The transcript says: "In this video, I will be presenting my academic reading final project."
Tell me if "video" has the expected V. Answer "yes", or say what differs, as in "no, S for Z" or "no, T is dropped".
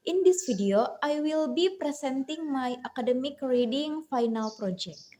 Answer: no, F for V